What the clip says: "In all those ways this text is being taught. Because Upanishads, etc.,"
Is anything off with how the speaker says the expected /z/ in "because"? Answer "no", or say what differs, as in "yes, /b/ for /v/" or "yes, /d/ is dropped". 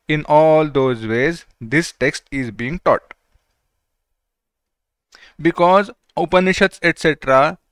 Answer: no